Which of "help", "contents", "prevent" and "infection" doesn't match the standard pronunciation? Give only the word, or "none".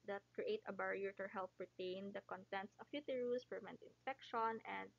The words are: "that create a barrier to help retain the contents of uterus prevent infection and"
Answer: prevent